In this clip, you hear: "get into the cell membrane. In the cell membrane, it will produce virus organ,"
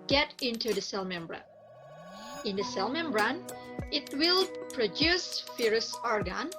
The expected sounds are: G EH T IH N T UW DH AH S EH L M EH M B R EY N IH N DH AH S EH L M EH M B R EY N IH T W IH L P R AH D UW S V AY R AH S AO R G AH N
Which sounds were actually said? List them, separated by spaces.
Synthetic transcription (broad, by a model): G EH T IH N T UW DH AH S EH L M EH M B R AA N IH N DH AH S EH L M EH M B R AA N IH T W IH L P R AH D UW S F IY R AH S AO R G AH N